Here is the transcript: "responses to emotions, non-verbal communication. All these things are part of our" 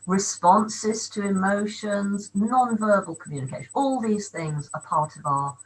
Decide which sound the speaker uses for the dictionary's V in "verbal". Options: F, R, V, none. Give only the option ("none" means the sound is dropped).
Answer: V